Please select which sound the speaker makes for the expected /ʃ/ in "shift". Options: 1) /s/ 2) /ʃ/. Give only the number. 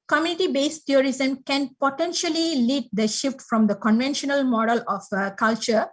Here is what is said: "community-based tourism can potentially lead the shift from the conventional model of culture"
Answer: 2